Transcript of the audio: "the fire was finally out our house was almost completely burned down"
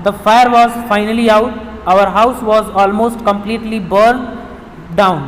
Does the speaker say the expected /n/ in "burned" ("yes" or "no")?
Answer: no